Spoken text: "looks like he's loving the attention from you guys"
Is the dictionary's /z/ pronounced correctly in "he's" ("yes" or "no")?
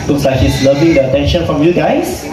no